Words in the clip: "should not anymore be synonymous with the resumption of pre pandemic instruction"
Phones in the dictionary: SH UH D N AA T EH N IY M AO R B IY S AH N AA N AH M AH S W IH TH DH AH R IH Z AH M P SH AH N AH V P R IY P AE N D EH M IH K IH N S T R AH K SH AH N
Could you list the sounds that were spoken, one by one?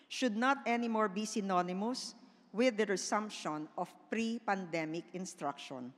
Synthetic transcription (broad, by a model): SH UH D N AA T EH N IY M AO R B IY S AH N AA N AH M AH S W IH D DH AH R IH S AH M P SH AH N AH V P R IY P AE N D EH M IH K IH N S T R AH K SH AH N